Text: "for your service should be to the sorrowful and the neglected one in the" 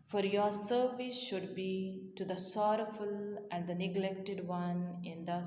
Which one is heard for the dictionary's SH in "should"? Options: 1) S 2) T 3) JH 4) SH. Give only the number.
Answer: 4